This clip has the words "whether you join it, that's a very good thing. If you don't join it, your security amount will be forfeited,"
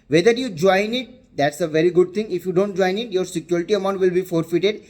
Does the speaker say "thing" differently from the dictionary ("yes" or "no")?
yes